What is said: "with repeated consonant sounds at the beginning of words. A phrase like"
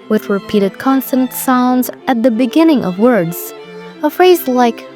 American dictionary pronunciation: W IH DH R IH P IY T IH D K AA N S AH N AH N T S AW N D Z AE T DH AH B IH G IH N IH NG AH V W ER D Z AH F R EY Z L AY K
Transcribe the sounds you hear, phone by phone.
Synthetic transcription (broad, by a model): W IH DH R IH P IY T IH D K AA N S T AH N T S AW N D Z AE T DH AH B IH G IH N IH NG AH V W ER D Z AH F R EY Z L AY K